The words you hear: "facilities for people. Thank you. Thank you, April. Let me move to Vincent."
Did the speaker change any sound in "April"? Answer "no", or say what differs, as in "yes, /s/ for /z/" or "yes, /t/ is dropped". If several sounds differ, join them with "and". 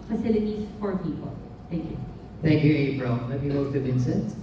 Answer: yes, /b/ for /p/